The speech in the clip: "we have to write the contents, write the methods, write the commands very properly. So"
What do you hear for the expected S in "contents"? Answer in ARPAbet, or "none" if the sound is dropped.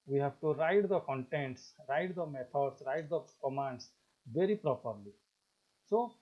S